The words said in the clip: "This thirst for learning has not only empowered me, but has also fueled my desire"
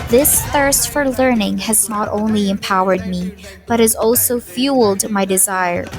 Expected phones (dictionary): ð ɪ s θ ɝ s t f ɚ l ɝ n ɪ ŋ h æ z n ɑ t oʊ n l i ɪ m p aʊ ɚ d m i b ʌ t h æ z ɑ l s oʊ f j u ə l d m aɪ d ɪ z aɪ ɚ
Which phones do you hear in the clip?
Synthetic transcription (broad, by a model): ð ɪ s θ ɝ s t f ɚ l ɝ n ɪ ŋ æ z n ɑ t oʊ n l i ɪ m p aʊ ɚ d m i b ʌ t h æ z ɑ l s oʊ f j u l d m aɪ d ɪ z aɪ ɚ